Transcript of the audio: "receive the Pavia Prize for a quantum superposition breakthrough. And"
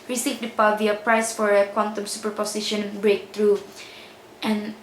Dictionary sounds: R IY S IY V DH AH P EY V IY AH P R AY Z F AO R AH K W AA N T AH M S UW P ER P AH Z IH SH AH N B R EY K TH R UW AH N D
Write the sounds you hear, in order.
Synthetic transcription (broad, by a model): R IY S IY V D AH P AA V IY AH P R AY S F AO R AH K W AA N T AH M S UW P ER P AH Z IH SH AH N B R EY K T R UW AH N